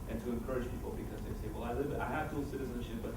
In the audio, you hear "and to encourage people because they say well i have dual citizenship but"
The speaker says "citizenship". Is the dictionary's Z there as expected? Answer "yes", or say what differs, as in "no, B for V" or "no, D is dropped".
yes